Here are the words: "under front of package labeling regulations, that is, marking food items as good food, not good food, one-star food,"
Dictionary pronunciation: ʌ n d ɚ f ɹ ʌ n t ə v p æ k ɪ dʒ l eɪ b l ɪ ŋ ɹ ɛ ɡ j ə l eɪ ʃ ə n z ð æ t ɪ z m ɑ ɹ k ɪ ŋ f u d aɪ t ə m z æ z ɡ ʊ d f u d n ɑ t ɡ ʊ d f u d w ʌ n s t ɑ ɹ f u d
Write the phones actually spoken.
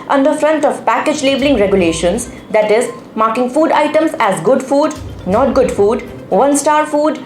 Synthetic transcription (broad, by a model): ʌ n d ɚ f ɹ ʌ n t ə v p æ k ɪ dʒ l eɪ b l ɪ ŋ ɹ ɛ ɡ j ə l eɪ ʃ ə n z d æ t ɪ z m ɑ ɹ k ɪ ŋ f u d aɪ t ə m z æ z ɡ ʊ d f u d n ɑ t ɡ ʊ d f u d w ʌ n s t ɑ ɹ f u d